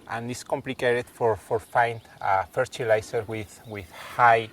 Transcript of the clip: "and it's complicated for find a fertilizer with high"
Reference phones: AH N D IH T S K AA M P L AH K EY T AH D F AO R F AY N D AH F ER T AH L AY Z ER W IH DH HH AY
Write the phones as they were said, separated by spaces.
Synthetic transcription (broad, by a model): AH N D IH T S K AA M P L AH K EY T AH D F AO R F AY N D AH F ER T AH L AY S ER W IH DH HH AY